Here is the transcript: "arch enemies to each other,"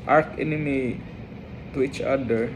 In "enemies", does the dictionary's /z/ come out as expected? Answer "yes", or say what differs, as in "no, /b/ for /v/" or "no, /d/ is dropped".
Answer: no, /z/ is dropped